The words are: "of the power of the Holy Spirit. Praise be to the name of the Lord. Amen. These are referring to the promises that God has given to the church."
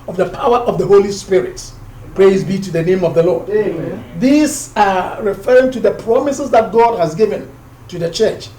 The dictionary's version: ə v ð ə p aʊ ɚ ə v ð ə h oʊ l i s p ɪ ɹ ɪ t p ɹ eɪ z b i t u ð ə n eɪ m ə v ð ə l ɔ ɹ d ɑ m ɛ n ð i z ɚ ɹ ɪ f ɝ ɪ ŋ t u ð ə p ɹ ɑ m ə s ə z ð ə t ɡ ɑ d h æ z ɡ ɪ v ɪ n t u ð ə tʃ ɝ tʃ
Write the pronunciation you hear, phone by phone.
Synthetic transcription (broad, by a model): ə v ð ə p aʊ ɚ ə v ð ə h oʊ l i s p ɪ ɹ ɪ t p ɹ eɪ z b i t u ð ə n eɪ m ə v ð ə l ɔ ɹ d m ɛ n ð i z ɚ ɹ ɪ f ɝ ɪ ŋ t u ð ə p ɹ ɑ m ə s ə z ð ə t ɡ ɑ d h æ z ɡ ɪ v ɪ n t u ð ə tʃ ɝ tʃ